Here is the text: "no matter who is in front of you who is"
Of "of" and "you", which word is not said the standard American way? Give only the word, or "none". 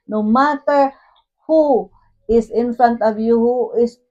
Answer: of